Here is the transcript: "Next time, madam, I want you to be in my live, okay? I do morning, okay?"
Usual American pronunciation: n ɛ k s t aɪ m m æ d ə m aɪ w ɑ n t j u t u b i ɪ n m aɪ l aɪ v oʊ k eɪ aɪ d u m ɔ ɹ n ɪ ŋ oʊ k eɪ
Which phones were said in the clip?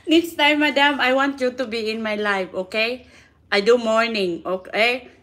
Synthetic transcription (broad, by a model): n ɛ k s t aɪ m m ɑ d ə m aɪ w ɑ n t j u t u b i ɪ n m aɪ l aɪ f oʊ k eɪ aɪ d u m ɔ ɹ n ɪ ŋ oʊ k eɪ